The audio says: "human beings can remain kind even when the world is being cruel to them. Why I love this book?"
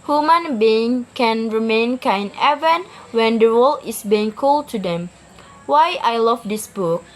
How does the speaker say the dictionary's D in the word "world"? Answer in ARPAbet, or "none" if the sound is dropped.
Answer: none